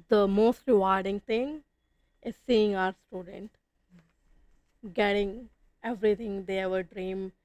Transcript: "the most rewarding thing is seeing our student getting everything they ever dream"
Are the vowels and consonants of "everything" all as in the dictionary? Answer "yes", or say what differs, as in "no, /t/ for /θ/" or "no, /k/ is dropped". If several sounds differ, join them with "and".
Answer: no, /t/ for /θ/